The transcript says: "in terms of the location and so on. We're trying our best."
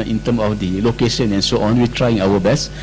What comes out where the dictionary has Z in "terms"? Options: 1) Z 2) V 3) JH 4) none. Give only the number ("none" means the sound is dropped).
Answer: 4